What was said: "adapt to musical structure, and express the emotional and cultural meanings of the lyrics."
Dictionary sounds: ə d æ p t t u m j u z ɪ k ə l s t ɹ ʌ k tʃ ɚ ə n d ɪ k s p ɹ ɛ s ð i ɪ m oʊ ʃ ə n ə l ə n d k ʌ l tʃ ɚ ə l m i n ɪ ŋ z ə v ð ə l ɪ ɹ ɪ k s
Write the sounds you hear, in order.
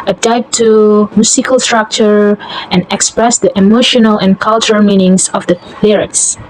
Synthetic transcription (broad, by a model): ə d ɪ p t t u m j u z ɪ k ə l s t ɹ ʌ k tʃ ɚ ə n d ɪ k s p ɹ ɛ s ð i ɪ m oʊ ʃ ə n ə l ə n k ʌ l tʃ ɚ ə l m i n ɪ ŋ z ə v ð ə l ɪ ɹ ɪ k s